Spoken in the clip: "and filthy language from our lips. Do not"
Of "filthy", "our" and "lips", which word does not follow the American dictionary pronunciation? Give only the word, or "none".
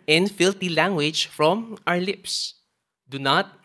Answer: filthy